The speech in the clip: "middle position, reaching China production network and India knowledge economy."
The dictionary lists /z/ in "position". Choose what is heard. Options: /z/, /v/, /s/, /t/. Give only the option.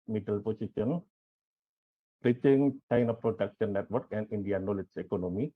/s/